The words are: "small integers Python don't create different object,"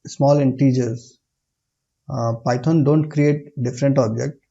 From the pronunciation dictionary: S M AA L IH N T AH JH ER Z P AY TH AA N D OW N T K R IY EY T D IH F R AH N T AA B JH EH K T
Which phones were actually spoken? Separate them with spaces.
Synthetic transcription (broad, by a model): S M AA L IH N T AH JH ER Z P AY T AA N D OW N T K R IY EY T D IH F R AH N T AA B JH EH K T